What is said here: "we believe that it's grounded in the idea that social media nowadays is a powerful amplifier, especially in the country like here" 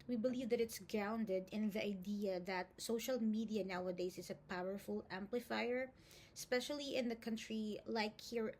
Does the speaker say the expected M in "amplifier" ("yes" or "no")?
yes